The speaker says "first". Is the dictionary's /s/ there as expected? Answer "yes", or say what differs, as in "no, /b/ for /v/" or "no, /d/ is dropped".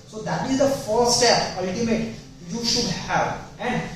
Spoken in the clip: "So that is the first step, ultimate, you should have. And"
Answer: no, /s/ is dropped